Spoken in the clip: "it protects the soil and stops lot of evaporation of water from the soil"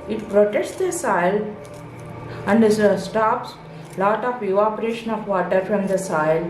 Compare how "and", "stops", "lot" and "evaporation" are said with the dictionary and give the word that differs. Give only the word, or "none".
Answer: evaporation